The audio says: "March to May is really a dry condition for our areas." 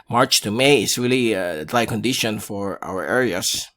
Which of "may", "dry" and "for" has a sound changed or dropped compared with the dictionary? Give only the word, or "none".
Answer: dry